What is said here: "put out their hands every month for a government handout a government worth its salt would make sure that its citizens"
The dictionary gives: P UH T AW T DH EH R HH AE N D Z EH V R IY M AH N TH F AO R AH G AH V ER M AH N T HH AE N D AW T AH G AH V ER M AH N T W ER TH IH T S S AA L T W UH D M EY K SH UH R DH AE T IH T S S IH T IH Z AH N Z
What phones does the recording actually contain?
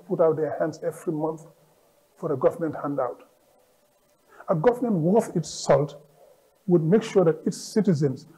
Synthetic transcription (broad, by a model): P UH T AW T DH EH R HH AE N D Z EH V R IY M AH N TH F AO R AH G AH V ER M AH N T HH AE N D AW T AH G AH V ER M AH N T W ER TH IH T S S AA L T W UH D M EY K SH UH R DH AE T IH T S S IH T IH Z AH N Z